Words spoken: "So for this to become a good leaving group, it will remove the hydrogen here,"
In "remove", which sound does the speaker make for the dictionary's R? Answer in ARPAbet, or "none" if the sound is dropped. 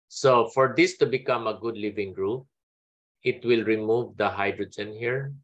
R